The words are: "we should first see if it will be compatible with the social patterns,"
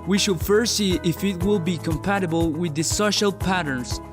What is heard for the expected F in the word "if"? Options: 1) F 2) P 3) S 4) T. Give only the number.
1